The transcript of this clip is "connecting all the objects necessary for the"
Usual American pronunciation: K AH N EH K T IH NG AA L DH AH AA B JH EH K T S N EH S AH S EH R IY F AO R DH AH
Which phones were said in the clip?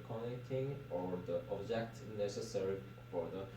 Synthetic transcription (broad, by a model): K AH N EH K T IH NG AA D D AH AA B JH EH K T N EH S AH S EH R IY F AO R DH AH